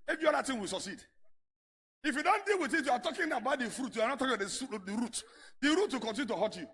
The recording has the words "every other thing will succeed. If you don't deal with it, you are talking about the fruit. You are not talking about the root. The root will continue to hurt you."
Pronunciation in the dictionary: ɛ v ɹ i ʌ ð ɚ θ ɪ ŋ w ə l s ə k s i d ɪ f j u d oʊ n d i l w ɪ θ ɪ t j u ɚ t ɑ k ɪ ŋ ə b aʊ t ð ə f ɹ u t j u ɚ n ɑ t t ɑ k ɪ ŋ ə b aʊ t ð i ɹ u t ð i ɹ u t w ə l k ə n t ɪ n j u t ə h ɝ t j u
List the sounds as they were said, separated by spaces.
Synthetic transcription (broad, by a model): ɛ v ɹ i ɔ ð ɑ t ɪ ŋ w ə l s ə k s i d ɪ f j u d oʊ n d i l w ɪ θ ɪ t j u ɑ t ɑ k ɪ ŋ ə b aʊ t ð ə f ɹ u t j u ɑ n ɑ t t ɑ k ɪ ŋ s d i ɹ u t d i ɹ u t w ə l k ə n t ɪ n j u t ə h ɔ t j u